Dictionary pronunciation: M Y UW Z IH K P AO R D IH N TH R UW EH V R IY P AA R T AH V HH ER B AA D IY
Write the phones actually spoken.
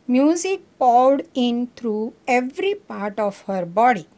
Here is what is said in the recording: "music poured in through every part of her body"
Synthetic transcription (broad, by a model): M Y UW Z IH K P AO W D IH N T R UW EH V R IY P AA R T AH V HH ER B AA D IY